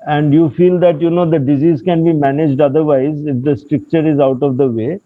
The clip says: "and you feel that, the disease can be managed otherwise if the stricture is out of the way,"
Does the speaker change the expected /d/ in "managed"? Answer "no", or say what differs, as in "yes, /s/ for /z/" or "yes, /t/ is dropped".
no